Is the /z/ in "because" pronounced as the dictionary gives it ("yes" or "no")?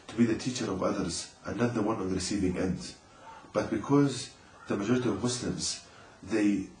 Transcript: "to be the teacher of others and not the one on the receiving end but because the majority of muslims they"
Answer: yes